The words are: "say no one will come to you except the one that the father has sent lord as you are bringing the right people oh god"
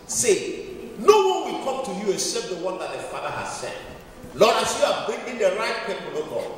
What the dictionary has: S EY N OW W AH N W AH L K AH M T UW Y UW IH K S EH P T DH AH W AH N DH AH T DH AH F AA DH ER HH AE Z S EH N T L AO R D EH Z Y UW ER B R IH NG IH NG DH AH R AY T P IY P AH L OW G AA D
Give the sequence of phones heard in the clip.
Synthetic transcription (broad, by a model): S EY N OW W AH N W AH L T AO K T UW Y UW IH S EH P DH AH W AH N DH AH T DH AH F AA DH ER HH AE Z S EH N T L AO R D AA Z Y UW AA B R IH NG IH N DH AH R AY T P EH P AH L OW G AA